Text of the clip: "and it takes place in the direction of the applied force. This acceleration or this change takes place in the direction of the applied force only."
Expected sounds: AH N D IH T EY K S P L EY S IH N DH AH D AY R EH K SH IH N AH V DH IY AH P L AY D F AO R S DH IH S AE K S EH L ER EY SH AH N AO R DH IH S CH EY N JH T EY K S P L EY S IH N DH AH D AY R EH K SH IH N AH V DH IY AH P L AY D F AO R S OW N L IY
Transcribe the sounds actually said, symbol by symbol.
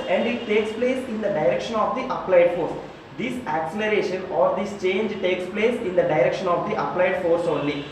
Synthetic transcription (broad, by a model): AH N D IH T EY K S P L EY S IH N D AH D AY R EH K SH IH N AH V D IY AH P L AY D F AO R S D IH S AE K S EH L ER EY SH AH N AO R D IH S CH EY N JH T EY K S P L EY S IH N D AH D AY R EH K SH IH N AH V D IY AH P L AY D F AO R S OW N L IY